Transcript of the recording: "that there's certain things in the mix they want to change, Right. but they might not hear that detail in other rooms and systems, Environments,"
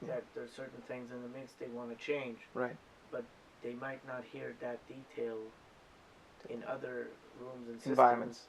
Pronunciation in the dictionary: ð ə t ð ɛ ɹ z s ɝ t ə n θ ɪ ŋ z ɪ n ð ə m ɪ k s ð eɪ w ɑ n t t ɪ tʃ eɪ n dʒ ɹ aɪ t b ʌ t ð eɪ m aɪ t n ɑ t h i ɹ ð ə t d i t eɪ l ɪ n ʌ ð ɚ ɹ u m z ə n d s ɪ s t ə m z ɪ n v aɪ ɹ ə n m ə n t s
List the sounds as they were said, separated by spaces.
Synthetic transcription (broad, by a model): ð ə t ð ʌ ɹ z s ɝ t n θ ɪ ŋ z ɪ n ð ə m ɪ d s ð eɪ w ɑ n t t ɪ tʃ eɪ n dʒ ɹ aɪ t b ʌ t ð eɪ m aɪ t n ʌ t h i ɹ ð ə t d i t eɪ l ɪ n ʌ ð ɚ ɹ u m z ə n s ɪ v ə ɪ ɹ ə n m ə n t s